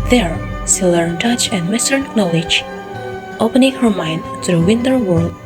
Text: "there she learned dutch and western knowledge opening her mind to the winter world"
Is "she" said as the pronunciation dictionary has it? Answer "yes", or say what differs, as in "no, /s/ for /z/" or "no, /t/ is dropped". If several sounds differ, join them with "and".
no, /s/ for /ʃ/